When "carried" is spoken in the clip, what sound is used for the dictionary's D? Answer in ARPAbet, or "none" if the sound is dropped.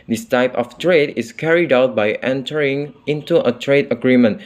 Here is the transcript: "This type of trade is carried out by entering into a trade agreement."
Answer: D